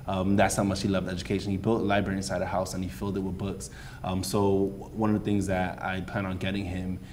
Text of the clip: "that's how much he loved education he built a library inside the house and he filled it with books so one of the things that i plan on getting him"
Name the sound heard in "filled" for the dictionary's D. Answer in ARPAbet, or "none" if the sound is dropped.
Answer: D